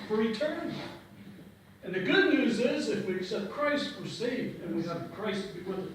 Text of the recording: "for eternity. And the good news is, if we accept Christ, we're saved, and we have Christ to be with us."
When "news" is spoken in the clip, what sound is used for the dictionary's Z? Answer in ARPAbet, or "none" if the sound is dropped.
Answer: Z